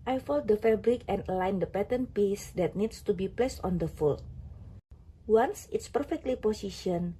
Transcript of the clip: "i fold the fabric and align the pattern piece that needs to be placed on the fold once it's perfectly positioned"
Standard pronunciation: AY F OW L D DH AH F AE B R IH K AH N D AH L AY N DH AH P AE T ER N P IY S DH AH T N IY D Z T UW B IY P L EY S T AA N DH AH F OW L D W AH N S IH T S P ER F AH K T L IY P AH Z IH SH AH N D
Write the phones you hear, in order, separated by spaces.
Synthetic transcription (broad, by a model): AY F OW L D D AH F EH B R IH K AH N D AH L AY N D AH P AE T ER N P IY S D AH T N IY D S T UW B IY P L EY S T AA N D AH F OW L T W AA N S IH T S P ER F AH K T L IY P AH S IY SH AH N